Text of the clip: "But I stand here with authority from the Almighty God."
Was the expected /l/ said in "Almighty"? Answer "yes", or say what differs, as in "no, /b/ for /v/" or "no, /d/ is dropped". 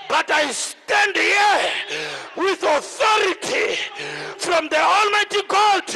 yes